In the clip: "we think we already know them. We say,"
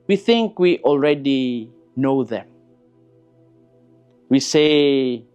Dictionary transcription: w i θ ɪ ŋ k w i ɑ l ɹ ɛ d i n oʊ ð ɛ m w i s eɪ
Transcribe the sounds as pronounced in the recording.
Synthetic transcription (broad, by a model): w i θ ɪ ŋ k w i ɑ l ɹ ɛ d i n oʊ ð ɛ m w i s eɪ